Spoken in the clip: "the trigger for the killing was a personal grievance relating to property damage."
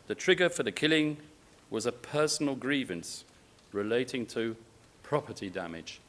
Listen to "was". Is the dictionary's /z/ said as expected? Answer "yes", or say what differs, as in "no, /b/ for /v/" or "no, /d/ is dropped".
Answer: yes